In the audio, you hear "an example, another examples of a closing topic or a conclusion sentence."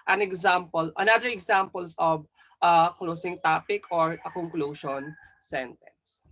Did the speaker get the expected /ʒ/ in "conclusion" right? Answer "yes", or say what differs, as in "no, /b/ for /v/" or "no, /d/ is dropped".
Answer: no, /ʃ/ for /ʒ/